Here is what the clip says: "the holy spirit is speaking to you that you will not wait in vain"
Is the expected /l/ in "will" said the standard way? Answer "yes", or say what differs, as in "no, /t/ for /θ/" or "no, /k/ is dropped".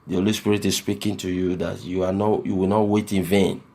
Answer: no, /w/ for /l/